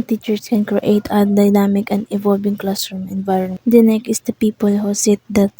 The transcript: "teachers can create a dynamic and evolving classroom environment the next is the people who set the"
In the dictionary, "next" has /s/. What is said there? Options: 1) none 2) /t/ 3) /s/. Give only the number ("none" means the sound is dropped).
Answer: 1